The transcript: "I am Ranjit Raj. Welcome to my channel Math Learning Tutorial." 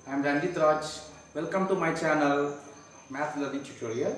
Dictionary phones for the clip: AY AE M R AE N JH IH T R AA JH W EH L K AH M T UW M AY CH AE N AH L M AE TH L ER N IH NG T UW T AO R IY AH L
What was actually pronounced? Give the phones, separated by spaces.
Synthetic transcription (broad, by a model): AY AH M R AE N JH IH T R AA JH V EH L K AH M T UW M AY CH AE N AH L M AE T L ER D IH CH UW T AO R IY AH